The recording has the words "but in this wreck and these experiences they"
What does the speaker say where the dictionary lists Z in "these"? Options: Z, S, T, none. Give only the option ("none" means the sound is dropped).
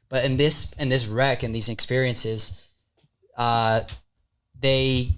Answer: Z